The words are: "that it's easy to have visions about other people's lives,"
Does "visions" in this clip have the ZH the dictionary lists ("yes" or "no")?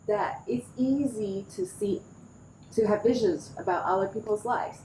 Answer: yes